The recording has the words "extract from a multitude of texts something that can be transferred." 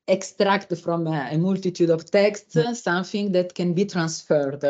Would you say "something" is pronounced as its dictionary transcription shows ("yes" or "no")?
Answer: no